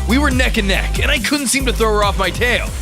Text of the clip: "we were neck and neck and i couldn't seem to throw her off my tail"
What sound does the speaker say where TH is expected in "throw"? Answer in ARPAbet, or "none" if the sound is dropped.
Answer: TH